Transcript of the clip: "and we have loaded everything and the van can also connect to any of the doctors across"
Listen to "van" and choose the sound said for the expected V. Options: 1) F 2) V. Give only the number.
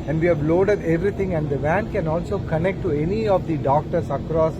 2